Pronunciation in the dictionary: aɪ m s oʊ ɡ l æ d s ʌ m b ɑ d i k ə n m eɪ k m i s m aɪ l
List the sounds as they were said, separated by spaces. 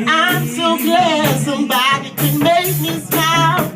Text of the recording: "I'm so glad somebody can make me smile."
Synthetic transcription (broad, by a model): aɪ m s oʊ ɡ æ s ʌ m b ɑ d i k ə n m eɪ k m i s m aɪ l